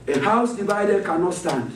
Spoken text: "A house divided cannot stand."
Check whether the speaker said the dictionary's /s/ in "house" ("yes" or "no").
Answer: yes